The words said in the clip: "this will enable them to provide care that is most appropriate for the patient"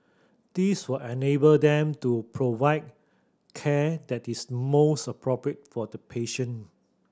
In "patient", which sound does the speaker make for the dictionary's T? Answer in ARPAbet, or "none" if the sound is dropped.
none